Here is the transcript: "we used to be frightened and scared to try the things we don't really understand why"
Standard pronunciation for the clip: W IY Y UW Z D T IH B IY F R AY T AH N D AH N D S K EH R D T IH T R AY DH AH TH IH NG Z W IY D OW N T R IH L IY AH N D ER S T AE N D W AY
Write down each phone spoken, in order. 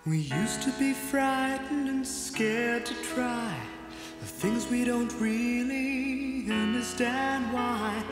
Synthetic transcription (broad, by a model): W IY Y UW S T IH B IY F R AY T N D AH N S K EH R D T IH T R AY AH TH IH NG Z W IY D OW N T R IH L IY AH N D ER S T AE N D W AY